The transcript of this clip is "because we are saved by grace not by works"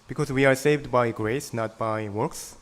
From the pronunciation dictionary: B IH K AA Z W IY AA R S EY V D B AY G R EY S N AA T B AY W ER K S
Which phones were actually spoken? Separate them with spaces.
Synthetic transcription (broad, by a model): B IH K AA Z W IY AA R S EY V D B AY G R EY S N AA T B AY W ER K S